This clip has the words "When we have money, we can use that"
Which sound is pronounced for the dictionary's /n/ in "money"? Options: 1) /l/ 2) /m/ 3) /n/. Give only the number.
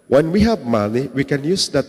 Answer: 1